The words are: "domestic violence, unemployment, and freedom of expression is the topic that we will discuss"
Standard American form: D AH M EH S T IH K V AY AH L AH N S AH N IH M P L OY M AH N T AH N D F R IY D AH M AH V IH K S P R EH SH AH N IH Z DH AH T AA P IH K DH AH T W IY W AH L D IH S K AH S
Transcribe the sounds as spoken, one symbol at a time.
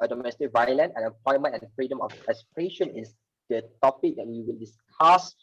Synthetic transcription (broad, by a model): D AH M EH S T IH K V AY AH L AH N EH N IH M P L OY M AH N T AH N F R IY D AH M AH F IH S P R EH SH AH N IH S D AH T AA P IH K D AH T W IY W AH L D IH S K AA S